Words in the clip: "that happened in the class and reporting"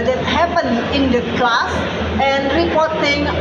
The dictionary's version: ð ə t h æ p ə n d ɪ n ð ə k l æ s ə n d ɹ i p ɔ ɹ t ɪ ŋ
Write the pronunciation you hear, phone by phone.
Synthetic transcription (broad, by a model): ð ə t h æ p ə n ɪ n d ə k l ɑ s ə n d ɹ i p ɔ ɹ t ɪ ŋ